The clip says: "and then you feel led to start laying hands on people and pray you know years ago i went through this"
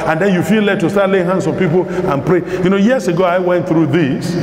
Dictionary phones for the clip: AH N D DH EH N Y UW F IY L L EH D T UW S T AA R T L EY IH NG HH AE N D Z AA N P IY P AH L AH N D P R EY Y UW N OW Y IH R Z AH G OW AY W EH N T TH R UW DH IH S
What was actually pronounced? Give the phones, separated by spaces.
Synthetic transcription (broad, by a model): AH N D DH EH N Y UW F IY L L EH T UW S T AA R T L EY IH NG HH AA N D S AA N P IY P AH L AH N P R EY Y UW N OW Y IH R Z AH G OW AY W EH N T TH R UW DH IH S